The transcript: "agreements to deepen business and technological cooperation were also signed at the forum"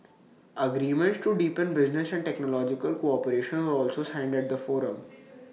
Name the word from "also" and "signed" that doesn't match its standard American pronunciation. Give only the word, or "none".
none